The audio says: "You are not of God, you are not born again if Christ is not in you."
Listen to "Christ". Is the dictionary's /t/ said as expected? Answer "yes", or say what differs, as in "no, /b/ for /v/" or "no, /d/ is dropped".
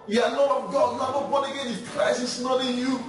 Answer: no, /t/ is dropped